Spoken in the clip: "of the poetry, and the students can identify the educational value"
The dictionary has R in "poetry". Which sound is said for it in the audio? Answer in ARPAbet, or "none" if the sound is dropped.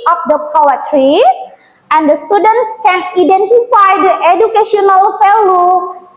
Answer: R